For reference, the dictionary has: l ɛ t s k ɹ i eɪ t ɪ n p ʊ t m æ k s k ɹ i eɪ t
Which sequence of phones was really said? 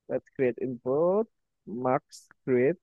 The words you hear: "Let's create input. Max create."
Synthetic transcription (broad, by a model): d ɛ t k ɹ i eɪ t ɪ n b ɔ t m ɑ k s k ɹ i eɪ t